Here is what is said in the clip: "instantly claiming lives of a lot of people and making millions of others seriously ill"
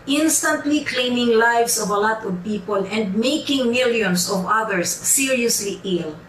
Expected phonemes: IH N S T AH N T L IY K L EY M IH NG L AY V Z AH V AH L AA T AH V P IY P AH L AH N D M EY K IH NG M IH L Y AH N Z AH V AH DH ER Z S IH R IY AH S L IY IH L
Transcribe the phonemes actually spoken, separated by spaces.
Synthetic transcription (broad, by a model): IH N S T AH N T L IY K L EY M IH NG L AY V S AH V AH L AA T AH V P IY P AH L AH N D M EY K IH NG M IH L Y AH N S AH V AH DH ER S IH R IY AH S L IY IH L